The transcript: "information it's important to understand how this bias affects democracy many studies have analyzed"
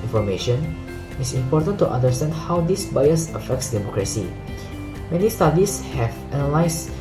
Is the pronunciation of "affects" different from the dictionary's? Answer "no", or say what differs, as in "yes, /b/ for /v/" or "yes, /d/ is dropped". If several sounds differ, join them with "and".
no